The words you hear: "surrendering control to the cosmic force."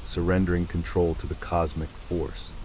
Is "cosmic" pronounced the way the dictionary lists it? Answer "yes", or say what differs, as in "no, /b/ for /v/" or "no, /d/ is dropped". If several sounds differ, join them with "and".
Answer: yes